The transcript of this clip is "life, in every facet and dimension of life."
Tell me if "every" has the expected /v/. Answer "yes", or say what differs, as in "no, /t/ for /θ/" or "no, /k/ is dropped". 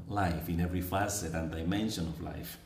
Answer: yes